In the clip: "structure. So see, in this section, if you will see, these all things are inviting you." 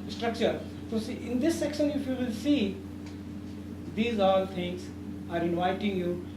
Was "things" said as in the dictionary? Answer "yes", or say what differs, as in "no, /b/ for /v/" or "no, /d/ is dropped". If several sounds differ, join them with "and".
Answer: no, /t/ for /θ/